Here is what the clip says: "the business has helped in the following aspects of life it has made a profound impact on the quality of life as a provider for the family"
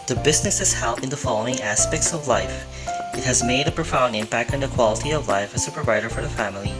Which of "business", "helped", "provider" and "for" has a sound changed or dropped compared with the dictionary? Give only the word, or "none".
helped